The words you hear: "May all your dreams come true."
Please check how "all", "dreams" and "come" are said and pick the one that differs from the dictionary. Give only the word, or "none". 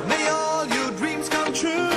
none